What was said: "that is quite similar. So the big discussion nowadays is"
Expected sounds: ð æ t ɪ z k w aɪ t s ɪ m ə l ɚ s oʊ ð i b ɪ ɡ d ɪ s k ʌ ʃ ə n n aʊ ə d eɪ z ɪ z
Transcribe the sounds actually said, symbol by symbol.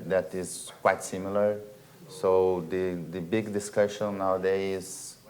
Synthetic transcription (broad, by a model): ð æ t ɪ z k w aɪ t s ɪ m ə l ɚ s oʊ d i b ɪ ɡ d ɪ s k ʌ ʃ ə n n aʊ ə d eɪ ɪ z